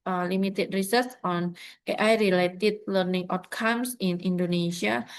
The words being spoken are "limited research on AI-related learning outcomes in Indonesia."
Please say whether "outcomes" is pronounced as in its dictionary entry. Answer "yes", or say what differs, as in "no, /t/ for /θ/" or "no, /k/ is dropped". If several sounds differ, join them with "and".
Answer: no, /s/ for /z/